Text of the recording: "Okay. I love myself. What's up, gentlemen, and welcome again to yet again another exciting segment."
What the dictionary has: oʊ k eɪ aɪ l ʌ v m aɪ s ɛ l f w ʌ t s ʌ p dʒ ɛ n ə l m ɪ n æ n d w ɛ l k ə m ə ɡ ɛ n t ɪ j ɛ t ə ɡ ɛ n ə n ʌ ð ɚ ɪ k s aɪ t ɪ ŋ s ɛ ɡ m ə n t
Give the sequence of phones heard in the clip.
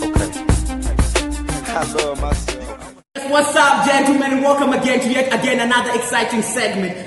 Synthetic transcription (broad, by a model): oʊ k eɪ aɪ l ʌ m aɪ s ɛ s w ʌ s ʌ b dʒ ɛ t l m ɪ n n w ɛ l k ə m ə ɡ ɛ n t ɪ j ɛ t ə ɡ ɛ n ə n ʌ ð ɚ ɪ k s aɪ t ɪ ŋ s ɛ ɡ m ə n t